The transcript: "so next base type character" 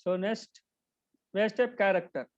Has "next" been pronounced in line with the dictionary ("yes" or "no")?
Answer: no